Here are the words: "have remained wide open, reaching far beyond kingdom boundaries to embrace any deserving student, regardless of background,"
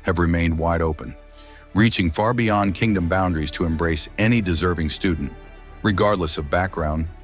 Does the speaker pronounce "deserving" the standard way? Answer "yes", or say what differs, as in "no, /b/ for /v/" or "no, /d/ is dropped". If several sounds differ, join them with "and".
yes